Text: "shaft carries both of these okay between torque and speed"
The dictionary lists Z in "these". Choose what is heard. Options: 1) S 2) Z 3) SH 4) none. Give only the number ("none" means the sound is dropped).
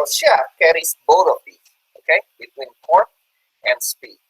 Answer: 4